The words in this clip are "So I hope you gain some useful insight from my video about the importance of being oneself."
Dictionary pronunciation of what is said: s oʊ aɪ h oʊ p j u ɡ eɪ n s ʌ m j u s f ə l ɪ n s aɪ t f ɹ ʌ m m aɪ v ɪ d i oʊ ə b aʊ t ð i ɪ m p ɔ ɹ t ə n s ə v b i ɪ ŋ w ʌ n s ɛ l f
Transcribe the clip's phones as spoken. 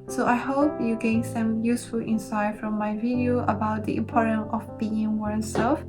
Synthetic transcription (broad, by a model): s oʊ aɪ h oʊ p j u ɡ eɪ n s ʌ m j u s f ə l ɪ n s aɪ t f ɹ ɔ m m aɪ v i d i oʊ ə b aʊ t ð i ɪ m p ɔ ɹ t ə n ə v b i ɪ ŋ w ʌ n s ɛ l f